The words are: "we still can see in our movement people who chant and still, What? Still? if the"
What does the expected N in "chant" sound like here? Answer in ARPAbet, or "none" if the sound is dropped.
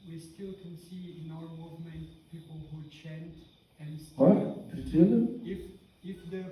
N